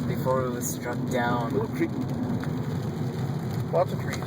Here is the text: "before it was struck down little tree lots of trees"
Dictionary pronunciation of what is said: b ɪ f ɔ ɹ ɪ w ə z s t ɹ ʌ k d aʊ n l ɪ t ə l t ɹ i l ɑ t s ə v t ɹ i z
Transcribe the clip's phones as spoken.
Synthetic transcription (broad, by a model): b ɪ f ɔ ɹ ɪ w ə z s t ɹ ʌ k d aʊ n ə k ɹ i w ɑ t ə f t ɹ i